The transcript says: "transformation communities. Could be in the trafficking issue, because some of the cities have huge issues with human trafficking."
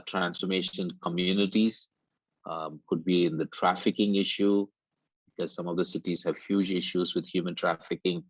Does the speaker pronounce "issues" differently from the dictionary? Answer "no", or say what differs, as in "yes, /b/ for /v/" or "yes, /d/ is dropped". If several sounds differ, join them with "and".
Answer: no